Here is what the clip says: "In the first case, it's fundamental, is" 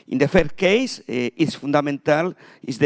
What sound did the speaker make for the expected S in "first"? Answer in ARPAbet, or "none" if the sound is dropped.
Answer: none